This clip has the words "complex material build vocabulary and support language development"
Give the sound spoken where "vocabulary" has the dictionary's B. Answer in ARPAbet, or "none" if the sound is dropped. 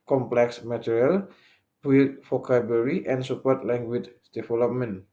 none